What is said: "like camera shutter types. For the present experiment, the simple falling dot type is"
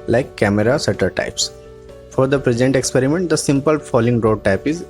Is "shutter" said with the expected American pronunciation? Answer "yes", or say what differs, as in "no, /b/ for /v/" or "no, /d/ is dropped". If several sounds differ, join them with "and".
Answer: no, /s/ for /ʃ/